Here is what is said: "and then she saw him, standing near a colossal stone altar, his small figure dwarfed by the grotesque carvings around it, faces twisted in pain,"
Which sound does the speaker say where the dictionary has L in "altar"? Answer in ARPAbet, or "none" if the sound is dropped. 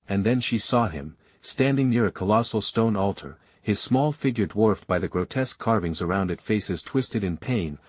L